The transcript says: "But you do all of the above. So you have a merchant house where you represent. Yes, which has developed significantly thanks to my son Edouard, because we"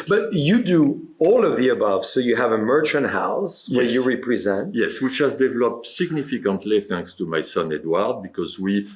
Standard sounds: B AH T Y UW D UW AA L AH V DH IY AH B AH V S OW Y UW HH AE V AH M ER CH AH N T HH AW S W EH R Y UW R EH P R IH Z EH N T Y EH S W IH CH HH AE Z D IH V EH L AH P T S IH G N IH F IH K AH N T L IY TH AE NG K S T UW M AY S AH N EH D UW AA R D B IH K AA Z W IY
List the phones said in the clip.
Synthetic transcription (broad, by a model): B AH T Y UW D UW AA L AH V DH IY AH B AH V S OW Y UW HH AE V AH M ER CH AH N T HH AW S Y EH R Y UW R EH P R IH Z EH N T Y EH S W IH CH HH AE Z D IH V EH L AH P T S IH G N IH F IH K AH N T L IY TH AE NG K S T UW M AY S AH N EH D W AA R D B IH K AA Z W IY